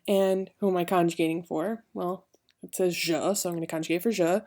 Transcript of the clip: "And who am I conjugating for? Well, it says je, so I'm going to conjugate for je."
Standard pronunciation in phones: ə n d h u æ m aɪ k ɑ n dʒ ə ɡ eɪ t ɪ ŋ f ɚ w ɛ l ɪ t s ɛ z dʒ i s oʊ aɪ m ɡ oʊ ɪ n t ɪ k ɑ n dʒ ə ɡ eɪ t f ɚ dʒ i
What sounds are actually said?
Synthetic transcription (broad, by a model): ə n h u m aɪ k ɑ n dʒ ə ɡ eɪ t ɪ ŋ f ɚ w ɛ l ɪ t s ɛ z ʒ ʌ s oʊ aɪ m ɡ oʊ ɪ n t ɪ k ɑ n dʒ ə ɡ eɪ t f ɚ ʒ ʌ